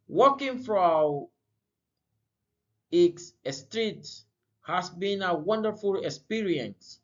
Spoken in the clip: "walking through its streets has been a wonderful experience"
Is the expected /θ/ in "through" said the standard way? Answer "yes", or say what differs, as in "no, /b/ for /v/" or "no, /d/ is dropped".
no, /f/ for /θ/